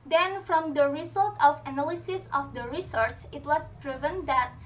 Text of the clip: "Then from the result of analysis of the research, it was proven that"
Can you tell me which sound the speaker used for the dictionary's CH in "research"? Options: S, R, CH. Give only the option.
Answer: S